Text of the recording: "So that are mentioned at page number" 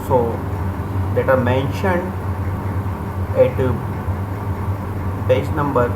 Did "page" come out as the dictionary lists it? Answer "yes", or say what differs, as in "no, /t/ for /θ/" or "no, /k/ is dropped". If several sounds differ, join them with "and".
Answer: no, /b/ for /p/